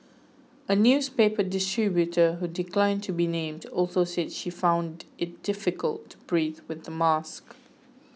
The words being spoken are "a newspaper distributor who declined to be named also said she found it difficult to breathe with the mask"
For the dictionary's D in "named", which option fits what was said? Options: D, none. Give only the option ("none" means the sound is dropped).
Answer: D